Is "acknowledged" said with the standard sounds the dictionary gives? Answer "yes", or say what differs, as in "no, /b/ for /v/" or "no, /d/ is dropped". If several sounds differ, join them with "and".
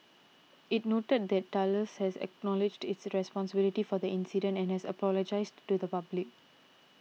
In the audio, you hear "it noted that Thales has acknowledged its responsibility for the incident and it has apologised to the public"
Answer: yes